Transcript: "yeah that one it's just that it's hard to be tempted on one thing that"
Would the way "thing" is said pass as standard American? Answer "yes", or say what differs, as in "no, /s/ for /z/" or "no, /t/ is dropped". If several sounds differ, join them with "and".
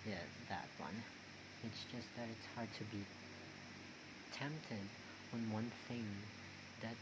yes